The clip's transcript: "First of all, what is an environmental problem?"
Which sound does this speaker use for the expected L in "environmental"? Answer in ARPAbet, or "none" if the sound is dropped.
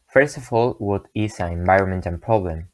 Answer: N